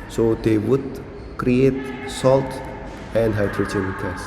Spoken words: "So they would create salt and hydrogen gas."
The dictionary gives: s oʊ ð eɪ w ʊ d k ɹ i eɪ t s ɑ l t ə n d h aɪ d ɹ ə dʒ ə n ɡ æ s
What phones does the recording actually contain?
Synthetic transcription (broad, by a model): s oʊ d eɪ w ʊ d k ɹ i eɪ t s ɑ l t ə n d h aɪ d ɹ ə tʃ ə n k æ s